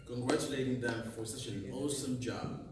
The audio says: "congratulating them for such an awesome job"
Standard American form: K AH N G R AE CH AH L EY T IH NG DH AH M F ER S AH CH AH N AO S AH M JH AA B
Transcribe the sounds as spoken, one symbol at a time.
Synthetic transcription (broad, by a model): K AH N G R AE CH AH L EY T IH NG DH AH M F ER S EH SH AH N AO S AH M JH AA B